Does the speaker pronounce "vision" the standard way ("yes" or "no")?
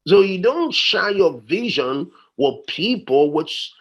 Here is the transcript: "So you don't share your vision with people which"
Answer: yes